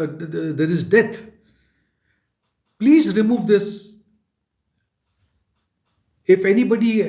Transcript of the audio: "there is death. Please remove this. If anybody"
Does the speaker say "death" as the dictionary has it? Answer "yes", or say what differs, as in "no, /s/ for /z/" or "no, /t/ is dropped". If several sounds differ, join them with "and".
no, /t/ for /θ/